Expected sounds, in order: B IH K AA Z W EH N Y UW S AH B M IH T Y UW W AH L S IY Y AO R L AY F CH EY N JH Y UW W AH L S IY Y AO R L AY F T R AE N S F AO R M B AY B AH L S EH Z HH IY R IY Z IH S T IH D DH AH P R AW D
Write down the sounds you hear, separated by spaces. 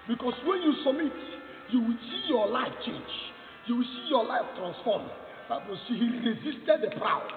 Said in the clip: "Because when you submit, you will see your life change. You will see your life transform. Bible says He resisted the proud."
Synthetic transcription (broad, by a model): B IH K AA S W EH N Y UW S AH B M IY T Y UW W AH L S IY Y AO L AY F CH EY N JH Y UW W AH L S IY Y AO L AY F T R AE N S F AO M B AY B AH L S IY HH IY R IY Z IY S T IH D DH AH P R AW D